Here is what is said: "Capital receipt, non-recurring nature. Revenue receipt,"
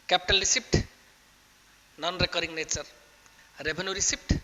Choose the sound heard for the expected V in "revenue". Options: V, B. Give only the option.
B